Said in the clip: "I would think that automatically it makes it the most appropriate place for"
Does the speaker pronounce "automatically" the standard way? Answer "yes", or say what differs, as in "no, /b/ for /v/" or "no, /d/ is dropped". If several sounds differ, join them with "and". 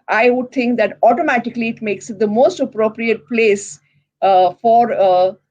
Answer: yes